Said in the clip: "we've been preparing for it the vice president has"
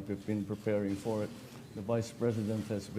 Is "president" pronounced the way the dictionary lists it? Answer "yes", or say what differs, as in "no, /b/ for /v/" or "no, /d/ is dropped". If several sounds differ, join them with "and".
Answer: yes